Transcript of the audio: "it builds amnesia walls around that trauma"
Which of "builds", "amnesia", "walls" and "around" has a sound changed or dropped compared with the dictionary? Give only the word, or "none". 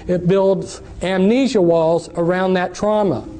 none